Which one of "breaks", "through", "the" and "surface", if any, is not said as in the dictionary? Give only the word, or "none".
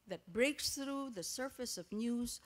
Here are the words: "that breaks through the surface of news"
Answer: none